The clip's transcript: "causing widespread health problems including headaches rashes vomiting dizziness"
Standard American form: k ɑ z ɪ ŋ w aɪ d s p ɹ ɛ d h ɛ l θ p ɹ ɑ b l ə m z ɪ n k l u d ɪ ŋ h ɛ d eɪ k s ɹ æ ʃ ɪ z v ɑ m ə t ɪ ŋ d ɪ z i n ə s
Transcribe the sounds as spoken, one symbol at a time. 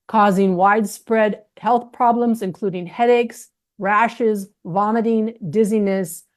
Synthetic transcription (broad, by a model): k ɑ z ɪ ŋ w aɪ d s p ɹ ɛ d h ɛ l θ p ɹ ɑ b l ə m z ɪ n k l u d ɪ ŋ h ɛ d eɪ k s ɹ æ ʃ ɪ z v ɑ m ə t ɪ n d ɪ z i n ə s